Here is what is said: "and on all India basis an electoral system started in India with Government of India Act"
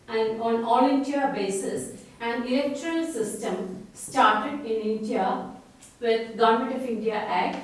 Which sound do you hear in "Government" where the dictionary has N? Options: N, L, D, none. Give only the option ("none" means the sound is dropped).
none